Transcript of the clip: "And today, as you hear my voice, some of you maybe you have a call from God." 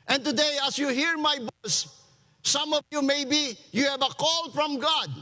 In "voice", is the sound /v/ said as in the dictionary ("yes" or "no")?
no